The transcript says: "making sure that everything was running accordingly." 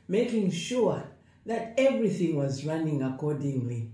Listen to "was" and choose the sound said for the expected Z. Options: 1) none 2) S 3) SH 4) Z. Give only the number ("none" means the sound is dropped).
4